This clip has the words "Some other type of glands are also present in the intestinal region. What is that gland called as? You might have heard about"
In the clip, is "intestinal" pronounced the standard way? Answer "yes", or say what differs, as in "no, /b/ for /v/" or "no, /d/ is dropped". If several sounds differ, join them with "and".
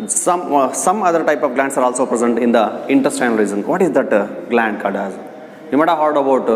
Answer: no, /n/ is dropped and /n/ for /l/